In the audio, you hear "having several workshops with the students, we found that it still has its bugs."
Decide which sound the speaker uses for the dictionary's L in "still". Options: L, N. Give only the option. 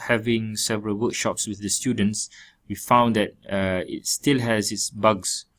L